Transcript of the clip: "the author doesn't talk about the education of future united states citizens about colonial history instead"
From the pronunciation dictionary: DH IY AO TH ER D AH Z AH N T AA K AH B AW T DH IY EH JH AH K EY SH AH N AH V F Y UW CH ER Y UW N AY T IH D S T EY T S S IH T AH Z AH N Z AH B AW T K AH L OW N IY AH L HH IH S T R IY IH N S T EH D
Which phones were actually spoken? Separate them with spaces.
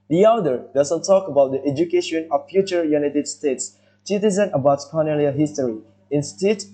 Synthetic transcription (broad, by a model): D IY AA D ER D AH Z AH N T AA K AH B AW T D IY EH JH AH K EY SH AH N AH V F Y UW CH ER Y UW N AY T IH D S T EY T S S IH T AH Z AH N AH B AW T K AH N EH L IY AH HH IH S T R IY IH N S T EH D